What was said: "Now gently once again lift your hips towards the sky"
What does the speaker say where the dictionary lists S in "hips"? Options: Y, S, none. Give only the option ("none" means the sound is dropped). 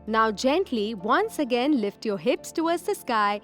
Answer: S